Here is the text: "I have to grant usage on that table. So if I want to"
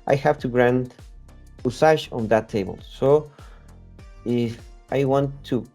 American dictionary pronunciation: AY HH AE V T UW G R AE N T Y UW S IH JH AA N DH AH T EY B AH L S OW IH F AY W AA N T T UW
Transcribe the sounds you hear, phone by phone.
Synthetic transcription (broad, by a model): AY HH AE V T UW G R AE N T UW S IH SH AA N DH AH T EY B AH L S OW IH F AY W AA N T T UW